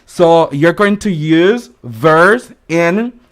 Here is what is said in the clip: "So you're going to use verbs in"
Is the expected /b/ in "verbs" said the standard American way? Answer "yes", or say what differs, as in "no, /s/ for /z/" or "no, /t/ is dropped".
no, /b/ is dropped